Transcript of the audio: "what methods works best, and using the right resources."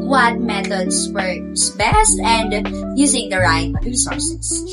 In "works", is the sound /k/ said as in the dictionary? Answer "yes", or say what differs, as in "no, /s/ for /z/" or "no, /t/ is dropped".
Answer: no, /k/ is dropped